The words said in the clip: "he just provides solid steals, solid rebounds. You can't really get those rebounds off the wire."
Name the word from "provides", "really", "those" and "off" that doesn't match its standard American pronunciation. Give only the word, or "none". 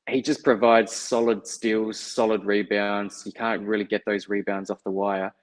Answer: none